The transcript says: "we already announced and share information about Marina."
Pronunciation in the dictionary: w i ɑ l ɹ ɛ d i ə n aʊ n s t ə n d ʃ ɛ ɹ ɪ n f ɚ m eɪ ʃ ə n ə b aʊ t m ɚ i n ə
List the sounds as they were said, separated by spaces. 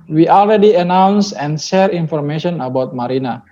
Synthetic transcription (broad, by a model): w i ɑ l ɹ ɛ d i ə n aʊ n s ə n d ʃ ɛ ɹ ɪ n f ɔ m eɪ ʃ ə n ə b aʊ t m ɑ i n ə